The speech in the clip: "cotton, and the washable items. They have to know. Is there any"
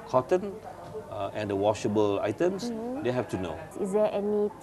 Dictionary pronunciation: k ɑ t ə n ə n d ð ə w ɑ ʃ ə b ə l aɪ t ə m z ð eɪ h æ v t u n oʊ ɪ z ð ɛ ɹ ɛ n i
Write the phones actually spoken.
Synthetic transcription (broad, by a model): k ɑ t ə n ə n d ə w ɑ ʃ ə b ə l aɪ t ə m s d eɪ h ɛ f t u n oʊ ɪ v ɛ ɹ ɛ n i